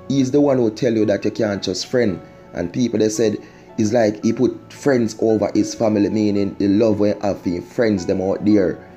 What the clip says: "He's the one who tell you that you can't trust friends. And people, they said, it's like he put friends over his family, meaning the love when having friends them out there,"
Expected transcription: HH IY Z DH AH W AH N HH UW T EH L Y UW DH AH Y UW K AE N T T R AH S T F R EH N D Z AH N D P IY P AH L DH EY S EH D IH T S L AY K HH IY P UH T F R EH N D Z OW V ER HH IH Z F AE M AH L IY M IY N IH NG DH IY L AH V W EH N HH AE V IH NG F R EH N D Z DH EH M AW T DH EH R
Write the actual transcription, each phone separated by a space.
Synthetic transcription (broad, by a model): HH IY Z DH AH W AH N HH UW T EH L Y UW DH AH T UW K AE N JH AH S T F R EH N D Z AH N P IY P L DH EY S EH D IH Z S L AY K HH IY P UH T F R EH N D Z OW V ER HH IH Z F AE M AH L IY M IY N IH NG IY L AH V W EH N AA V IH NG F R EH N D Z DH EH M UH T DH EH R